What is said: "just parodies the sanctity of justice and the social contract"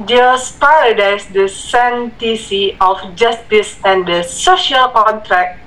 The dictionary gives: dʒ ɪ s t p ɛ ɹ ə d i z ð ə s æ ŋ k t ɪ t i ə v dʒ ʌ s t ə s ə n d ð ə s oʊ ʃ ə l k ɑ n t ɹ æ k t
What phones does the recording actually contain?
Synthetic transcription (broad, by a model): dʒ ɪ s p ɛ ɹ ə d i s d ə s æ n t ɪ s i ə f dʒ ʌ s t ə s ə n d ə s oʊ ʃ ə l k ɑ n t ɹ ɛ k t